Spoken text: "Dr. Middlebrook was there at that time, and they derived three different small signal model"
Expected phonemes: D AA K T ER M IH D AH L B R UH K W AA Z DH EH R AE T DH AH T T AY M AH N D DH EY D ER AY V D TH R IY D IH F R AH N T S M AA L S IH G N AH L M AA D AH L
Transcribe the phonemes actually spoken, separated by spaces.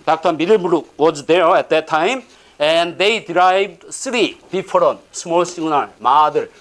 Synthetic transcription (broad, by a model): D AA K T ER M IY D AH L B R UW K W AA Z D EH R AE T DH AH T T AY M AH N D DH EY D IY AY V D S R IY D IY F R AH N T S M AA L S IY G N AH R M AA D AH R